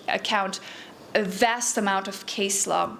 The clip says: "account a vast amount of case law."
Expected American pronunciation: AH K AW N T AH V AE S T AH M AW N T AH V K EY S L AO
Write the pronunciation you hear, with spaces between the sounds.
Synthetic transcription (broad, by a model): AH K AW N T AH V AE S T AH M AW N T AH V K EY S L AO